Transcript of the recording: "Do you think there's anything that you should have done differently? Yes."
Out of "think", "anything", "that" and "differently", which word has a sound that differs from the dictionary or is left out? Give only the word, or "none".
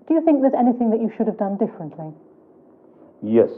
none